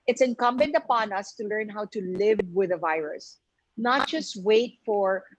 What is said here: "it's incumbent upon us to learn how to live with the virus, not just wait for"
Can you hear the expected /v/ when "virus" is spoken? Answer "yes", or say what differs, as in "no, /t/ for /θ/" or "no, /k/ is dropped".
yes